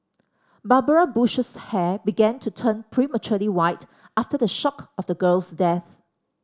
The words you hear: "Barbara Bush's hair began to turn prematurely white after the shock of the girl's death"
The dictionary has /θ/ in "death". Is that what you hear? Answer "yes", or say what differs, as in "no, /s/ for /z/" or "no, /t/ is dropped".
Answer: yes